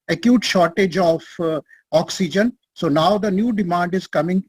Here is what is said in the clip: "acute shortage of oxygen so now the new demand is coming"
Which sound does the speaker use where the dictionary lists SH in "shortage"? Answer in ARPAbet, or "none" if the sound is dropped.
SH